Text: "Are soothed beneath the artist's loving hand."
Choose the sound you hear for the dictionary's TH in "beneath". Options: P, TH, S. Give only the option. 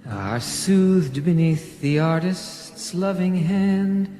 TH